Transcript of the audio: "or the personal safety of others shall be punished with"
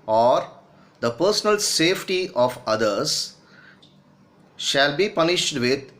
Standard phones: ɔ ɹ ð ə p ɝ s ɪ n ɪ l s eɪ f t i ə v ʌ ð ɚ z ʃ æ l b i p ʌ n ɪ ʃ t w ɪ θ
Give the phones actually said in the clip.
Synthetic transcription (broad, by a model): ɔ ɹ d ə p ɝ s ɪ n ɪ l s eɪ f t i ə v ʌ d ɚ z ʃ æ l b i p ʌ n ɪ ʃ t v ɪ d